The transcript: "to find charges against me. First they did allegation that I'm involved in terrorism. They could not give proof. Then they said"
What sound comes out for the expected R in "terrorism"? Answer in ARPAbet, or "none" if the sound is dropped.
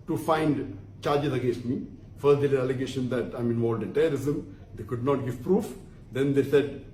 none